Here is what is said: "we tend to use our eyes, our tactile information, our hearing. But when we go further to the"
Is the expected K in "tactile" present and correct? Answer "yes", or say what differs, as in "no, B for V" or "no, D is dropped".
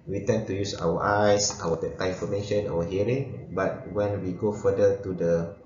no, K is dropped